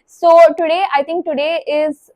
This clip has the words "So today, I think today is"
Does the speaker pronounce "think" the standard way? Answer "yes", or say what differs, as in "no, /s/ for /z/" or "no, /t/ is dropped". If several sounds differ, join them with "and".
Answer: no, /t/ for /θ/